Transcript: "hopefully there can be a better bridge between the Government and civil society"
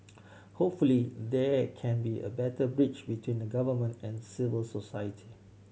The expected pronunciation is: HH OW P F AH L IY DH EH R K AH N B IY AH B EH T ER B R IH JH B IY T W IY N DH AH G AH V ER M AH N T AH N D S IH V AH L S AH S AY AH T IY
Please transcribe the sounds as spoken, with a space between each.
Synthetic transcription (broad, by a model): HH OW P F AH L IY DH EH K AH N B IY AH B EH T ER B R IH CH B IY T W IY N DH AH G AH V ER M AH N T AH N S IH V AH L S AH S AY AH T IY